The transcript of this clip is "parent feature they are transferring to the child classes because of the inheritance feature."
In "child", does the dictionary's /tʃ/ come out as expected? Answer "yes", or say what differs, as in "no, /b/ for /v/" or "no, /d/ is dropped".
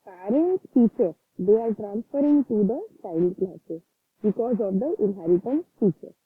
no, /s/ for /tʃ/